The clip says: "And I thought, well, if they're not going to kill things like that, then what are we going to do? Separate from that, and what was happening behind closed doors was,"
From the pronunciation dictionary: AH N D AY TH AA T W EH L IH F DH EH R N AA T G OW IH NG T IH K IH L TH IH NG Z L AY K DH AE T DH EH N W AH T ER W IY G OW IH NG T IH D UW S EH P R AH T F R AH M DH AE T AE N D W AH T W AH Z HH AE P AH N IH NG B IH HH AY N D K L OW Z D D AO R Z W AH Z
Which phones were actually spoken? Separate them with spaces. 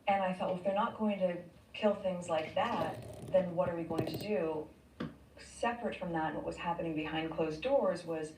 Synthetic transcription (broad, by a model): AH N AY TH AA T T IH F DH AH R N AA T G OW IH NG T IH K IH L TH IH NG Z L AY K DH AE T DH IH N W AH T ER W IY G OW IH NG T IH D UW S EH P R AH T F R AH M DH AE T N W AH T W AH Z HH AE P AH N IH NG B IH HH AY N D K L OW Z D D AO R Z W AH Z